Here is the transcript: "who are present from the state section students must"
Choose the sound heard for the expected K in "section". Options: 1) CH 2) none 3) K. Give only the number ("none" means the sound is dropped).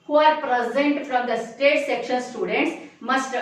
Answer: 3